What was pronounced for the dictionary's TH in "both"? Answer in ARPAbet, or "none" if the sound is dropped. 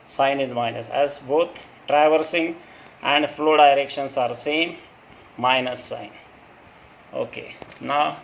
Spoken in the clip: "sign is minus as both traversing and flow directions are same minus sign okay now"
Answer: T